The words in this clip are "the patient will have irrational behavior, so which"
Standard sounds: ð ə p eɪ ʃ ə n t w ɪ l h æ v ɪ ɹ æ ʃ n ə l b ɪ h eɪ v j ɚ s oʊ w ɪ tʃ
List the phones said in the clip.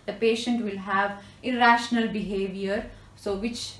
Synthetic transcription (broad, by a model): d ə p eɪ ʃ ə n t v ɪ l h æ v ɪ ɹ æ ʃ n ə l b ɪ h eɪ v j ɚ s oʊ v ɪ tʃ